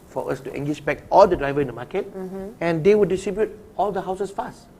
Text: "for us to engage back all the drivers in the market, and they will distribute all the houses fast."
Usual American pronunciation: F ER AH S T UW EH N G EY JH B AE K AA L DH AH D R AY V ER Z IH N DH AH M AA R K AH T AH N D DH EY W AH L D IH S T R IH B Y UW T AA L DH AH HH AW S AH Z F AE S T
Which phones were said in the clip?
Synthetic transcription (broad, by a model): F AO AH S T UW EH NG G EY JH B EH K AA L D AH D R AY V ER IH N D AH M AA K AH T AH N D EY W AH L D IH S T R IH B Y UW T AA L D AH HH AW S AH S F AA S T